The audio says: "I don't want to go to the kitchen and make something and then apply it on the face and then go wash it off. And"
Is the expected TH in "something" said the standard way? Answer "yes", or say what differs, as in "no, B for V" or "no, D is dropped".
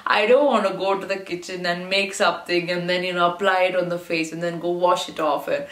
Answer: no, T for TH